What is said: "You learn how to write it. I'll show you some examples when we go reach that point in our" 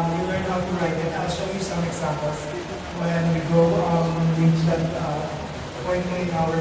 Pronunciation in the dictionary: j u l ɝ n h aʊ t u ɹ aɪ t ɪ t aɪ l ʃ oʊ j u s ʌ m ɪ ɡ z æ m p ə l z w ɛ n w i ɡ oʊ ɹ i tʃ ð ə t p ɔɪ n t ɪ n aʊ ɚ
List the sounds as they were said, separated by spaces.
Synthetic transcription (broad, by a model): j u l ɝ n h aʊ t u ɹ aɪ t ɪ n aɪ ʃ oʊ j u s ʌ m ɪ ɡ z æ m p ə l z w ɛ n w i ɡ oʊ l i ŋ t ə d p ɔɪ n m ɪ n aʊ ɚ